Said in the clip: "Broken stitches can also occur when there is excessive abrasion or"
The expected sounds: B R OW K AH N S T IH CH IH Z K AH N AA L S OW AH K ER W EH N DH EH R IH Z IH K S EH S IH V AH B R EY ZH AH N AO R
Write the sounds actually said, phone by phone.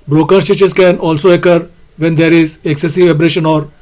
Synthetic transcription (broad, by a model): B R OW K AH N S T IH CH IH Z K AH N AA L S OW AH K ER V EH N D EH R IH Z IH K S EH S IH V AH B R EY SH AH N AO R